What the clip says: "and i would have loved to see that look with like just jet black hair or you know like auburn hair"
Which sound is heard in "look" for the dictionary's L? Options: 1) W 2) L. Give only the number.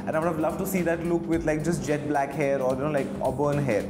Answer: 2